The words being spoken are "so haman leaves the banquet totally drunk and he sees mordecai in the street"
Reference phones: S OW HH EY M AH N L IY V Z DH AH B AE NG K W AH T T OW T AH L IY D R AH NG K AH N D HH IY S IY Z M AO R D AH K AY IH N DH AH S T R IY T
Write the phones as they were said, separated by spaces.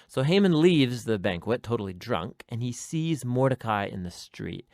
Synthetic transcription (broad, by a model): S OW HH EY M AH N L IY V Z DH AH B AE NG K W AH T T OW T L IY D R AH NG K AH N IY S IY Z M AO R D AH K AY IH N DH AH S T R IY T